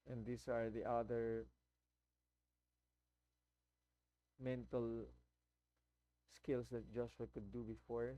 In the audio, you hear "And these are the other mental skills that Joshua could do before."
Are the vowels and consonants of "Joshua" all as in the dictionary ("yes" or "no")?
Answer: no